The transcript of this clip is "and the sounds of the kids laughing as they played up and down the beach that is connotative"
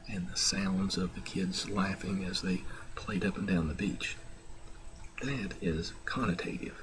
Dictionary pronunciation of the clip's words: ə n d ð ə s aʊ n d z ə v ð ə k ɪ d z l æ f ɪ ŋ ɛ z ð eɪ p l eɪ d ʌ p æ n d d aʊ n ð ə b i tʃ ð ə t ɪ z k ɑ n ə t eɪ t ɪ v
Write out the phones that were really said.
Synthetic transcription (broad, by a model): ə n ð ə s aʊ n d z ə v ð ə k ɪ d z l æ f ɪ ŋ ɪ z ð eɪ p l eɪ d ʌ p n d d aʊ n ð ə b i tʃ ð ə t ɪ z k ɑ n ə t eɪ t ɪ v